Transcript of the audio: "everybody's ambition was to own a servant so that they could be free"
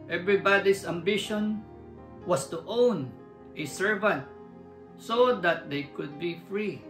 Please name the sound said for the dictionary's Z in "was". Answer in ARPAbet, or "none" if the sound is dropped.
S